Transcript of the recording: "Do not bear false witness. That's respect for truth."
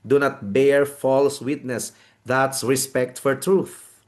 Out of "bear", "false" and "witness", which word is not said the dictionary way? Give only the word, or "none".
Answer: none